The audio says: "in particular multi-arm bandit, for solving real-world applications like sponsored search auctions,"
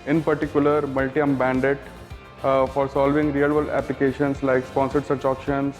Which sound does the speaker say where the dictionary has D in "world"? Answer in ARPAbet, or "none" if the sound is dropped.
none